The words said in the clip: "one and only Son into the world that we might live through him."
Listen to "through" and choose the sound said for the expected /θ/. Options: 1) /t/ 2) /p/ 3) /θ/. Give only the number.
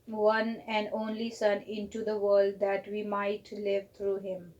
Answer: 1